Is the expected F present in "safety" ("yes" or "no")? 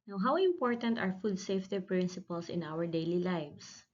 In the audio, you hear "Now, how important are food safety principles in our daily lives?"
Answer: yes